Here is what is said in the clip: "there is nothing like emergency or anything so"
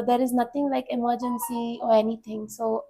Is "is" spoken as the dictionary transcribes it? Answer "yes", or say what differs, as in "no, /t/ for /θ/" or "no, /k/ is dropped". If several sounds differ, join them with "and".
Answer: yes